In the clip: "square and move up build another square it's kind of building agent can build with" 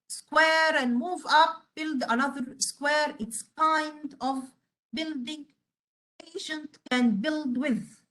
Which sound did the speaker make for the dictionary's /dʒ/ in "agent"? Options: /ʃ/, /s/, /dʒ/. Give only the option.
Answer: /ʃ/